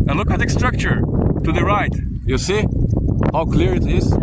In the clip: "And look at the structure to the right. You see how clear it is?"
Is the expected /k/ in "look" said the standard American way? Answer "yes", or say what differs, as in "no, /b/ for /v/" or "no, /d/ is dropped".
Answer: yes